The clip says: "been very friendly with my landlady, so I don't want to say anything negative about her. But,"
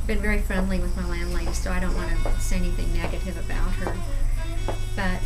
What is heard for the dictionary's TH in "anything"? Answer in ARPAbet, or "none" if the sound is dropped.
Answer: TH